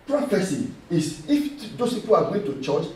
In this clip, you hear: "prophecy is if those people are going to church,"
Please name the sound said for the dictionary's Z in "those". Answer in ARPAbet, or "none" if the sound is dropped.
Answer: S